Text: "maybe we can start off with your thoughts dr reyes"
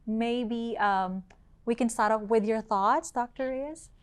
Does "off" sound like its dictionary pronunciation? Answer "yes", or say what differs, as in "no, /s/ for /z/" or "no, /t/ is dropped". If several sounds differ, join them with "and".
no, /p/ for /f/